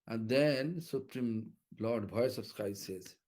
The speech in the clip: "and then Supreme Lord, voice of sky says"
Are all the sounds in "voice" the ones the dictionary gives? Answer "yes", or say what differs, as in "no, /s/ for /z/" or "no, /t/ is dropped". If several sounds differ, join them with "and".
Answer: no, /b/ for /v/